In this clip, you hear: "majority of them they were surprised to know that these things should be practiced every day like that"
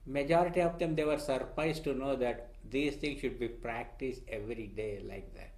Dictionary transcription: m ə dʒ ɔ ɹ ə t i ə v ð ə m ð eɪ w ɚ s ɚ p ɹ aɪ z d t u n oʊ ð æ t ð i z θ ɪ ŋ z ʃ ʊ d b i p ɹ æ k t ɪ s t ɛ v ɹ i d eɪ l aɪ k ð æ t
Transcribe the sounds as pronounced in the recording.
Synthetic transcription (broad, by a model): m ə dʒ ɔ ɹ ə t i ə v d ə m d eɪ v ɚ s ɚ p ɹ aɪ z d t u n oʊ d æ t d i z t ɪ ŋ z ʃ ʊ d b i p ɹ æ k t ɪ s t ɛ v ɹ i d eɪ l aɪ k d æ t